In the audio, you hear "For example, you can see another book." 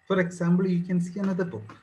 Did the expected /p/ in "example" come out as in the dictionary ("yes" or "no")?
no